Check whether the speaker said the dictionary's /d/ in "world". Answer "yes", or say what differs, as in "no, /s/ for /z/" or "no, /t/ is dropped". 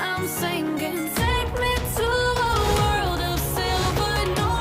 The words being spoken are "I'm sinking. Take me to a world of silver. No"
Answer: yes